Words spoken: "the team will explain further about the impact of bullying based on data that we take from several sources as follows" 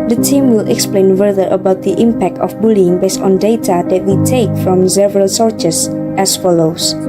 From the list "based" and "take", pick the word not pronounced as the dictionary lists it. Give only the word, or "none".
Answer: none